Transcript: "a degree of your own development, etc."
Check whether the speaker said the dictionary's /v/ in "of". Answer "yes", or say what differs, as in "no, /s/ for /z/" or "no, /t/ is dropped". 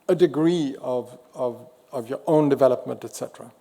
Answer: yes